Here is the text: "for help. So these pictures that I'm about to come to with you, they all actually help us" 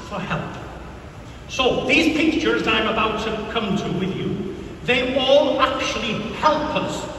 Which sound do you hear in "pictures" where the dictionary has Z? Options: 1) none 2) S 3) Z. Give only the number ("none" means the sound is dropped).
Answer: 3